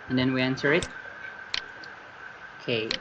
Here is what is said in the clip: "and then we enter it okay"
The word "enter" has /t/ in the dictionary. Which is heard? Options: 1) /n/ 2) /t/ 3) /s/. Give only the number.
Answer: 3